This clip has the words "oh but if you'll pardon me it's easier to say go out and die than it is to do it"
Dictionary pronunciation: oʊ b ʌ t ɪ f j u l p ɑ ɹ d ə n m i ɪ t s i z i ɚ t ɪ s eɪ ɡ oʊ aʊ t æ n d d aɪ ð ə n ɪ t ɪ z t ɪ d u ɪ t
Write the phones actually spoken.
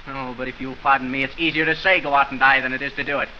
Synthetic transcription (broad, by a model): oʊ b ʌ t ɪ f j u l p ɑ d n m i ɪ t s i z i ɚ t ɪ s eɪ ɡ oʊ aʊ t n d d aɪ ð ə n ɪ t ɪ z t ɪ d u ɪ t